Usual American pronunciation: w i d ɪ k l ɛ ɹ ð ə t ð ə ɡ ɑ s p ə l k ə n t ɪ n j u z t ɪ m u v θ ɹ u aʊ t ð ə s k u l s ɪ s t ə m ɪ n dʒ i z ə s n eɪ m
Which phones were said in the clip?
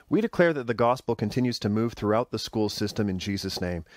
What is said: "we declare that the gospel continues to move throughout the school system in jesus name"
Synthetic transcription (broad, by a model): w i d ɪ k l ɛ ɹ ð ə t ð ə ɡ ɑ s p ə l k ə n t ɪ n j u z t ɪ m u v θ ɹ u aʊ t ð ə s k u l s ɪ s t ə m ɪ n dʒ i z ə s n eɪ m